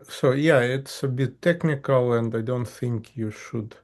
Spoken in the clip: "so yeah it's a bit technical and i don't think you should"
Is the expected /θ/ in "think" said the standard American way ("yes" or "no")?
yes